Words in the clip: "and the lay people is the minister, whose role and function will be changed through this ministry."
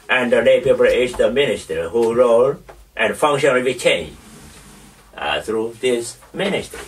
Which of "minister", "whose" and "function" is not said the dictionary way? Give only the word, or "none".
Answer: whose